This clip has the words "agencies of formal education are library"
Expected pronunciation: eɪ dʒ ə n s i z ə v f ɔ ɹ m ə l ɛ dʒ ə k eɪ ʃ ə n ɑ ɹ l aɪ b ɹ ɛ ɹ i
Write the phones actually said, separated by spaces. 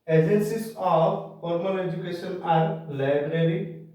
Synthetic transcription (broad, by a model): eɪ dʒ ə n s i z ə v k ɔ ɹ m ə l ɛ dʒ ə k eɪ s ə n ɑ ɹ l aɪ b ɹ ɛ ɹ i